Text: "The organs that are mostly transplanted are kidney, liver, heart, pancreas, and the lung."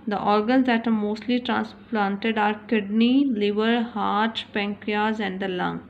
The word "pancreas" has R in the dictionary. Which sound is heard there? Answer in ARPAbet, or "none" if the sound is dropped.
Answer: none